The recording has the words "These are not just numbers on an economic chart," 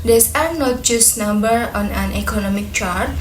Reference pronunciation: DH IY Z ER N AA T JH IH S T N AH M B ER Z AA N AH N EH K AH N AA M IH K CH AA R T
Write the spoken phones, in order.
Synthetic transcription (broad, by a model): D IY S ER N AA T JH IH S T N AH M B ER AA N AH N EH K AH N AA M IH K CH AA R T